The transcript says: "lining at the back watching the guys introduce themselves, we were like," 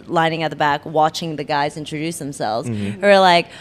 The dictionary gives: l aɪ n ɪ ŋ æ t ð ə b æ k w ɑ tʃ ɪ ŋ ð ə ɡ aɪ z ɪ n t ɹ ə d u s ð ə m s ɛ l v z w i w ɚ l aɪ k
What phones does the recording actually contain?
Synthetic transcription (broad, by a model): l aɪ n ɪ ŋ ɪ t ð ə b æ k w ɑ tʃ ɪ ŋ ð ə ɡ aɪ z ɪ n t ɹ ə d u s ð ə m s ɛ l v z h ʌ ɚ l aɪ k